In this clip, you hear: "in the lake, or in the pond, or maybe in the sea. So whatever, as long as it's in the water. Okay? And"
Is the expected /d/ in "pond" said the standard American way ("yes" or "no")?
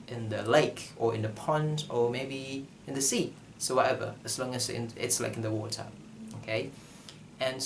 yes